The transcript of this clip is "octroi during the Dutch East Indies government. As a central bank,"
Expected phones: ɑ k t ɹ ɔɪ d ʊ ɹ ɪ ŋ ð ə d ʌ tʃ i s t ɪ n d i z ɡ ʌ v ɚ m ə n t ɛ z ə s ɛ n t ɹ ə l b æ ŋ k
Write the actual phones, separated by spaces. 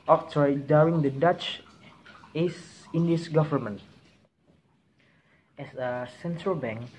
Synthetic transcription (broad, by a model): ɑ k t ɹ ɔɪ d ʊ ɹ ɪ ŋ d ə d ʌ tʃ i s ɪ n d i s ɡ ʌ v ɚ m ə n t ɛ s ə s ɛ n t ɹ ə l b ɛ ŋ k